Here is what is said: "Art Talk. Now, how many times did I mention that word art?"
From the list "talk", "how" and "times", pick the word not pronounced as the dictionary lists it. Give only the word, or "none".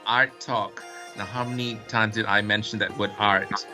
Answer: none